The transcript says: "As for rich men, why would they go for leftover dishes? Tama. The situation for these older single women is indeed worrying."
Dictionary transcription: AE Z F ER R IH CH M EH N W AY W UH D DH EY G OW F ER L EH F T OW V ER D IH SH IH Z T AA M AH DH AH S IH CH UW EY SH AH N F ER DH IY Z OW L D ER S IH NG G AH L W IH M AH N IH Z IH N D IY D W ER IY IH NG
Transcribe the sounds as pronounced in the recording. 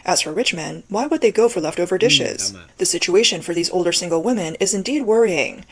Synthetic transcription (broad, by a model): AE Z F ER R IH CH M EH N W AY W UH D DH EY G OW F ER L EH F T OW V ER D IH SH IH Z DH AH S IH CH UW EY SH AH N F ER DH IY Z OW L D ER S IH NG G L W IH M AH N IH Z IH N D IY D W ER IY IH NG